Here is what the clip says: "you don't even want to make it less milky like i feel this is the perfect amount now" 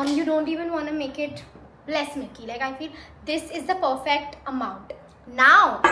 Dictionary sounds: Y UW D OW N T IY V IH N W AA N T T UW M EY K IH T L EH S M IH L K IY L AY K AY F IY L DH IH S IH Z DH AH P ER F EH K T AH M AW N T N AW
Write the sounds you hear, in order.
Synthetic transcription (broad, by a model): Y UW D OW N T IY V IH N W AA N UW M EY K IH T L EH S M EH K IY L AY K AY F IY L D IH S IH Z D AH P ER F EH K T AH M AW N T N AW